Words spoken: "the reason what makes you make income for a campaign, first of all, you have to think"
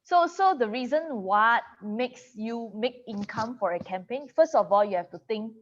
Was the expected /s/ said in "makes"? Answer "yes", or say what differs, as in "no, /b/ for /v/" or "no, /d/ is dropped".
yes